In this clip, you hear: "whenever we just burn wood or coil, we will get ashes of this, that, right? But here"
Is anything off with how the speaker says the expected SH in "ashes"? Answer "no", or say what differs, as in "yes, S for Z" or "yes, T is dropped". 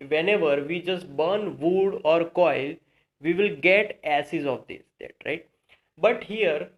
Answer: yes, S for SH